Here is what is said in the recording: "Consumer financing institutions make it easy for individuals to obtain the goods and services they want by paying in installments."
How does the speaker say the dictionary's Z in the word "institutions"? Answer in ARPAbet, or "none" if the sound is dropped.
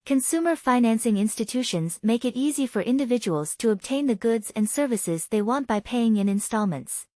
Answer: Z